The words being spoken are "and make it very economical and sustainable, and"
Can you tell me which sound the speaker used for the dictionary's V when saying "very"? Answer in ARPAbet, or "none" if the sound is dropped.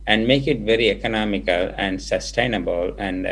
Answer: V